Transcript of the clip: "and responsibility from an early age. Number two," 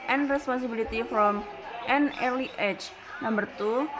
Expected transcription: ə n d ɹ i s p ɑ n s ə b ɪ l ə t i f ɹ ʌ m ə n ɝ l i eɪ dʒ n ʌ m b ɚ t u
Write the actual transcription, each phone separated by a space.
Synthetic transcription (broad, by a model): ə n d ɹ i s p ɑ n s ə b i l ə t i f ɹ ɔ m ə n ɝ l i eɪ tʃ n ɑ m b ɚ t u